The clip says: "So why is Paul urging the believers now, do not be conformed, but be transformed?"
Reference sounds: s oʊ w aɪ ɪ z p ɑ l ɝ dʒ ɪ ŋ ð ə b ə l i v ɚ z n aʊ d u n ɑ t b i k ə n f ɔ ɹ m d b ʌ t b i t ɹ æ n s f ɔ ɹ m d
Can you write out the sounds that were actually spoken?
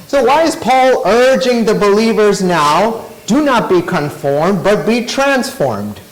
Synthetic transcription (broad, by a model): s oʊ w aɪ ɪ z p ɑ l ɝ dʒ ɪ ŋ ð ə b ə l i v ɚ z n aʊ d u n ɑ t b i k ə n f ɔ ɹ m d b ʌ t b i t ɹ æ n s f ɔ ɹ m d